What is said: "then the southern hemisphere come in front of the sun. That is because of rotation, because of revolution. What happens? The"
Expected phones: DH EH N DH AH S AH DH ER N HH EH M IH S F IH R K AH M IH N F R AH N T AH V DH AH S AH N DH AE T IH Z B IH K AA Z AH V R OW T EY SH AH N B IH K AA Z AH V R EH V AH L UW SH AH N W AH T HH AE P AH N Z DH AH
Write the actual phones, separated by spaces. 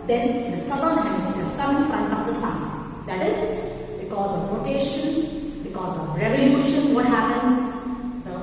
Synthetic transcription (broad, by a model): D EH N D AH S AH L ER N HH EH IH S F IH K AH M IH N F R AH N T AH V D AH S AH N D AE T IH Z B IH K AA Z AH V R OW T EY SH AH N B IH K AA Z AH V R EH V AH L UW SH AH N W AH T HH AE P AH N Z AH